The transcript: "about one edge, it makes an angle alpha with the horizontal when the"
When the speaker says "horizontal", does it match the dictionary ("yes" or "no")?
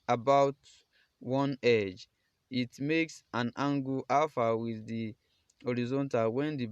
yes